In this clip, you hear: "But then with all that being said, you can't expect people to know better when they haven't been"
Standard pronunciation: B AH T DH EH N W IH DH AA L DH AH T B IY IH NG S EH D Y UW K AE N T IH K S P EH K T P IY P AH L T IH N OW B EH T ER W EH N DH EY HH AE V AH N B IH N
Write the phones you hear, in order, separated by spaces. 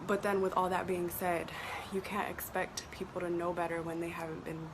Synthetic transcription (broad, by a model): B AH T DH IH N W IH DH AA L DH AH T B IY IH NG S EH D Y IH K AE N T IH K S P EH K T P IY P L T IH N OW B EH T ER W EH N DH EY HH AE V AH N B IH N